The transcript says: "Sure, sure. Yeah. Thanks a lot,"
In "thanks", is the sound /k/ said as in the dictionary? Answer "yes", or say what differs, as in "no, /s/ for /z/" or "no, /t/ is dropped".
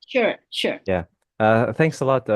yes